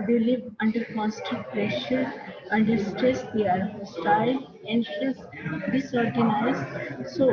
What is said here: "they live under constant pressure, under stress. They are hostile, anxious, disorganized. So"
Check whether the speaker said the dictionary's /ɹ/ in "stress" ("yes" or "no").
yes